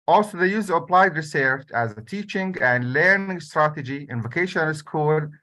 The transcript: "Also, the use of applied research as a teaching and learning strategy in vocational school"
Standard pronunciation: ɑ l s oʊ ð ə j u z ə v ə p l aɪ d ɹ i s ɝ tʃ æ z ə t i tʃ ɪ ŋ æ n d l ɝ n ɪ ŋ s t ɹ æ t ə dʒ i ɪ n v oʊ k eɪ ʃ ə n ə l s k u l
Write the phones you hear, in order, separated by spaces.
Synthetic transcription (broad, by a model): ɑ l s oʊ ð ə j u z ə v ə p l aɪ d ɹ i s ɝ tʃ æ z ə t i tʃ ɪ ŋ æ n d l ɝ n ɪ ŋ s t ɹ æ t ə dʒ i ɪ n v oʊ k eɪ ʃ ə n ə n s k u l